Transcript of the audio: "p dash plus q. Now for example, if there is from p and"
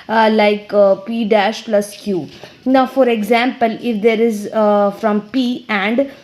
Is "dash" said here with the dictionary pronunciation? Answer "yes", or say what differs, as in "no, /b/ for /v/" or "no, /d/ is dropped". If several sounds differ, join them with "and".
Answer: yes